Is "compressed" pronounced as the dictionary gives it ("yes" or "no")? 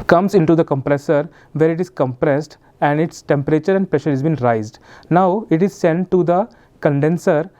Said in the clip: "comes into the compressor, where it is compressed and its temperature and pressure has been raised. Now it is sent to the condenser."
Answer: yes